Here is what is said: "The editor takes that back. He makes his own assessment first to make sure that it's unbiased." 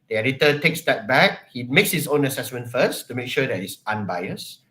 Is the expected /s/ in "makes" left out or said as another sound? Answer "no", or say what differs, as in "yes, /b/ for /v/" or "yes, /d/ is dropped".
no